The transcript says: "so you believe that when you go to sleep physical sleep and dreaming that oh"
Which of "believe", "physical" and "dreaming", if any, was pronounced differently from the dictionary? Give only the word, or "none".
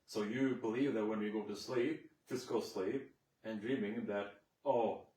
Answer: physical